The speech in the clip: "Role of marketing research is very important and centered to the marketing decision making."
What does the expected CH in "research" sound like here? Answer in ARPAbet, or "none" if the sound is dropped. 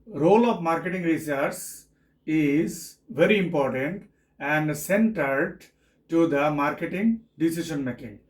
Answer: S